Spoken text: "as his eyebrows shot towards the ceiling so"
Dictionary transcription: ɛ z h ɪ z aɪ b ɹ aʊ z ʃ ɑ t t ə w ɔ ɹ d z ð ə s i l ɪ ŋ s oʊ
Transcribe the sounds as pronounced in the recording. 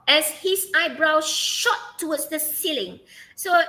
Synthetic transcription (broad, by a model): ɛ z h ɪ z aɪ b ɹ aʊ ʃ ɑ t t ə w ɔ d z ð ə s i l ɪ ŋ s oʊ